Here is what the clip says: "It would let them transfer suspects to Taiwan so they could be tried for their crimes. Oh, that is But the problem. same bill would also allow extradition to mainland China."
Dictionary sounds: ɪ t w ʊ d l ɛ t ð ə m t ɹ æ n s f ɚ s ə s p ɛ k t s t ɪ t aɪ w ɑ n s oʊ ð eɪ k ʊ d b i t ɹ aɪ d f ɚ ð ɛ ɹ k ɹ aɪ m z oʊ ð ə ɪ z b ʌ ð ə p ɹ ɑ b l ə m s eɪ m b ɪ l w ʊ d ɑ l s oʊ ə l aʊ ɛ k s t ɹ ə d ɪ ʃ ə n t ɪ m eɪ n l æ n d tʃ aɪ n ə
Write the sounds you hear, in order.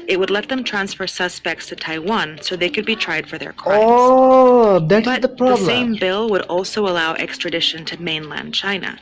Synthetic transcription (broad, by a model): ɪ t w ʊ d l ɛ t ð ə m t ɹ æ n s f ɚ s ə s p ɛ k t s t ɪ t aɪ w ɑ n s oʊ ð eɪ k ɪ d b i t ɹ aɪ d f ɚ ð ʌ ɹ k aɪ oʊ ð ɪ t b ʌ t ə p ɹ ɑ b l s eɪ m b ɪ l w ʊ d ɑ l s oʊ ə l aʊ ɛ k s t ɹ ə d ɪ ʃ ə n t ɪ m eɪ n l æ n d tʃ aɪ n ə